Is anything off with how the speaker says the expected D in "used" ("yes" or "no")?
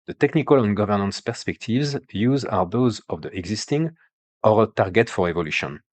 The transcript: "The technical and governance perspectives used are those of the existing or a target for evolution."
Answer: yes